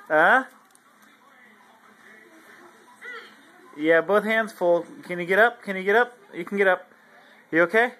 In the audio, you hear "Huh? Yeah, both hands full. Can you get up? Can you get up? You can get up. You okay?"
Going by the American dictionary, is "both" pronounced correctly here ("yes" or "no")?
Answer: yes